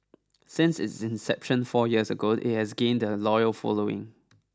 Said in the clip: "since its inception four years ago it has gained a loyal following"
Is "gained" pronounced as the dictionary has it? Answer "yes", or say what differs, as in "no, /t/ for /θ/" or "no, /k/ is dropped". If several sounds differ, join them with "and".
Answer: yes